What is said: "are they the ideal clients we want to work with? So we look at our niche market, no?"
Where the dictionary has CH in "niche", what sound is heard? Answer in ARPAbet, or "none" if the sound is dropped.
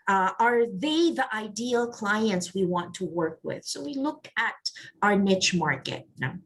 CH